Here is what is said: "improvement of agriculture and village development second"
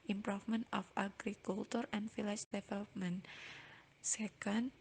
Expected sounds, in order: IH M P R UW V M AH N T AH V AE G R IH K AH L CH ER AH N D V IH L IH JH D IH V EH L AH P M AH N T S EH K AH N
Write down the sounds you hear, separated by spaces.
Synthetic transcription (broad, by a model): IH M P R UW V M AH N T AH F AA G R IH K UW L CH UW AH N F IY L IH CH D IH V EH L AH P M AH N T S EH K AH N